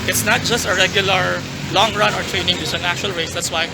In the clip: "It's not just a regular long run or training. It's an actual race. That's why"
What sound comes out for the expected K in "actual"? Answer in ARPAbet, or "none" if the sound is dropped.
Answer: none